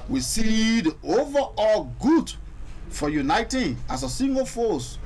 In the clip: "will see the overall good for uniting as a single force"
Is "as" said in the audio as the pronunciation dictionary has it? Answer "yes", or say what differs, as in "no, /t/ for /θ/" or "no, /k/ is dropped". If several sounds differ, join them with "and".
no, /s/ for /z/